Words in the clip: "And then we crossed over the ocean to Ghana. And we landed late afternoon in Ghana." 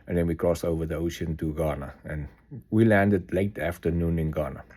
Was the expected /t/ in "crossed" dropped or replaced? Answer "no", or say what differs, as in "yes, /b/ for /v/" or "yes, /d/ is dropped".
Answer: yes, /t/ is dropped